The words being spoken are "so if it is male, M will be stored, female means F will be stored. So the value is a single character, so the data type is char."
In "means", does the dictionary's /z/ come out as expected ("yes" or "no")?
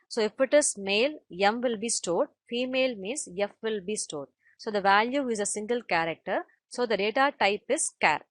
no